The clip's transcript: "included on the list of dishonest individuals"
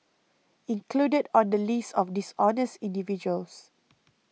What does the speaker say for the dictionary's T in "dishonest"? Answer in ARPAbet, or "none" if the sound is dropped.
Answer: T